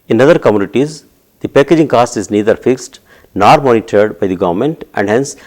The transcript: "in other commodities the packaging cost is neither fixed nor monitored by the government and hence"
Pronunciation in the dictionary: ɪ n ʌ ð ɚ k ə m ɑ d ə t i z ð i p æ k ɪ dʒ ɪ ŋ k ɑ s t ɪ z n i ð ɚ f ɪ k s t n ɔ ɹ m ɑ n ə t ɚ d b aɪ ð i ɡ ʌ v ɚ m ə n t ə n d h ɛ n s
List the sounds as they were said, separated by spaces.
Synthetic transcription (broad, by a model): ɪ n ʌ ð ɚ k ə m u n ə t i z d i p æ k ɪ dʒ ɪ ŋ k ɑ s t ɪ z n i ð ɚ f ɪ k s t n ɔ ɹ m ɑ n ə t ɚ d b aɪ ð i ɡ ʌ v ɚ m ə n t ə n d h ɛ n s